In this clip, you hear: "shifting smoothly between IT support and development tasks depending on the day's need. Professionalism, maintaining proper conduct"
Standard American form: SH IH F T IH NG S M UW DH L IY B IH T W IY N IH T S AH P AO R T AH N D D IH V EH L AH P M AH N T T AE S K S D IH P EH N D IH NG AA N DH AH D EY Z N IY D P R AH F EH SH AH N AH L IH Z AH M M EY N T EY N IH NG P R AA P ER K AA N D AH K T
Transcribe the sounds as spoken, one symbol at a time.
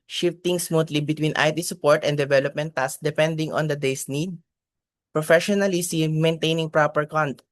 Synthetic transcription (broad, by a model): SH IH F T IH NG S M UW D L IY B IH T W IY N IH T S AH P AO R T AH N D D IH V EH L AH P M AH N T T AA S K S D IH P EH N D IH NG AA N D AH D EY S N IY D P R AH F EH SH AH N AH L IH S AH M M EY N T EY N IH NG P R AA P ER K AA N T